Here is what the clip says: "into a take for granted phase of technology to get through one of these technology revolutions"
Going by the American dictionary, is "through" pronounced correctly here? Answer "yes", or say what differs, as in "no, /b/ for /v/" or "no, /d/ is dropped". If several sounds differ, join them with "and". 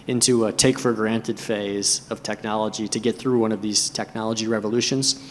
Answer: yes